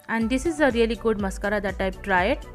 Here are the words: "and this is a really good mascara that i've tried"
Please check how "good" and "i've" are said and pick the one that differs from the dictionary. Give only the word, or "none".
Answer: i've